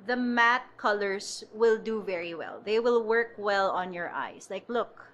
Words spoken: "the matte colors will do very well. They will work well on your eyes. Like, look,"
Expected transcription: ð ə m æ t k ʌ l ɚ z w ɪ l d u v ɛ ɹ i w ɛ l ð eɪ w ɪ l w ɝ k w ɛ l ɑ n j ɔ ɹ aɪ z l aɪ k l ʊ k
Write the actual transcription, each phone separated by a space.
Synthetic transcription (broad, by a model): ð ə m æ t k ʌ l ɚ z w ɪ l d u v ɛ ɹ i w ɛ l ð eɪ w ɪ l w ɝ k w ɛ l ɑ n j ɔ ɹ aɪ s l aɪ k l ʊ k